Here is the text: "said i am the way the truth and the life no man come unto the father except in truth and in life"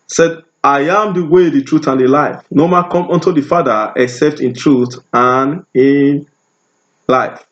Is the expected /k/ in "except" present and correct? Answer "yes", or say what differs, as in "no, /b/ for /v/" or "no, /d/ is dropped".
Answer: yes